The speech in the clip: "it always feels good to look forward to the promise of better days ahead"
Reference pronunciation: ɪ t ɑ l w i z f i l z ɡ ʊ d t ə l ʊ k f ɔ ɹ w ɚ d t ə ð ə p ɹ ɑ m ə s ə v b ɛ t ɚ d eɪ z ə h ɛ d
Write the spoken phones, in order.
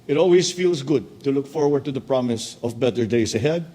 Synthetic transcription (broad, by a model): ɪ t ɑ l w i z f i l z ɡ ʊ d t ə l ʊ k f ɔ ɹ w ɚ d t ə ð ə p ɹ ɑ m ə s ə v b ɛ t ɚ d eɪ s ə h ɛ d